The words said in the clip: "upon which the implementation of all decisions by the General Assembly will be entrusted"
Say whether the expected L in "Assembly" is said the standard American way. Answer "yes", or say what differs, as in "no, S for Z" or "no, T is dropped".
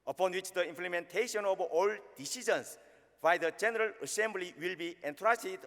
yes